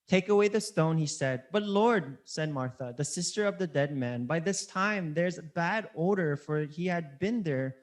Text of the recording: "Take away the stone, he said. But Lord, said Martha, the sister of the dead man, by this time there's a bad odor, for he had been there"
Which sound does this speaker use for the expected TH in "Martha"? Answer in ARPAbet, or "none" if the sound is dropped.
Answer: TH